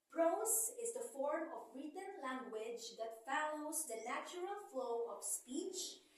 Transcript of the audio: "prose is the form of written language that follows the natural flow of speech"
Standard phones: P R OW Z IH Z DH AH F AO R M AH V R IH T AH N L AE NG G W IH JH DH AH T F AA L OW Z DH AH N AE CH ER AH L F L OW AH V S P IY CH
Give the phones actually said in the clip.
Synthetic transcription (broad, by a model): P R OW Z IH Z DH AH F AO R M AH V R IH T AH N L AE NG G W IH JH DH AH T F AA L OW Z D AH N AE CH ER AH L F L OW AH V S P IY CH